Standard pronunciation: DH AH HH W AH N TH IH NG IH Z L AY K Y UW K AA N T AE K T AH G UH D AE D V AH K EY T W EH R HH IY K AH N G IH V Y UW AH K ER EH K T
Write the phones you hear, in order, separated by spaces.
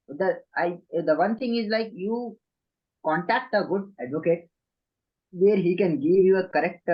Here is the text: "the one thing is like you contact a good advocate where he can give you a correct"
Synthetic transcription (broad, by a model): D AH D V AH N T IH NG IH Z L AY K Y UW K AA N T AE K T AH G UH D AE D V AH K EY T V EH R HH IY K AH N G IH V Y UW AH K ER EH K T